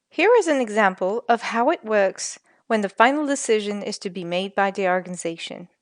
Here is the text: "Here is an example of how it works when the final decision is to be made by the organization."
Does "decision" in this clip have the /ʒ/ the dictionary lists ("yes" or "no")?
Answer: yes